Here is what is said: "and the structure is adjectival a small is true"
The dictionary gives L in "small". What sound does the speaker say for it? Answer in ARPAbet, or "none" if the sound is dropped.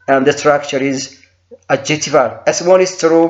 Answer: N